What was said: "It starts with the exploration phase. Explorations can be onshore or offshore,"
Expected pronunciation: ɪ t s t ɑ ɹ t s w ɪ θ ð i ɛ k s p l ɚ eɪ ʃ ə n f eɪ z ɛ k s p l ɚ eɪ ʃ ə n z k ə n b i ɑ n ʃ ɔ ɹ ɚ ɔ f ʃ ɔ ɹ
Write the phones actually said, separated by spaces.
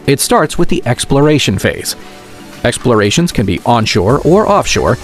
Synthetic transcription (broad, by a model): ɪ t s t ɑ ɹ t s w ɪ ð i ɛ k s p l ɚ eɪ ʃ ə n f eɪ z ɛ k s p l ɚ eɪ ʃ ə n z k ə n b i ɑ n ʃ ɔ ɹ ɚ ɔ f ʃ ɔ ɹ